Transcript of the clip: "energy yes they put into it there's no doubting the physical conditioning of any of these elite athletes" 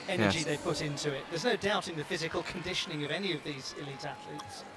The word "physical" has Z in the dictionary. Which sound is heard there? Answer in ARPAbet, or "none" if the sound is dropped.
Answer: Z